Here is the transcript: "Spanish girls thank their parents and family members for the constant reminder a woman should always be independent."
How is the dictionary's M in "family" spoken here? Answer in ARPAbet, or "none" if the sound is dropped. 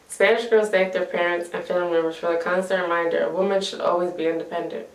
none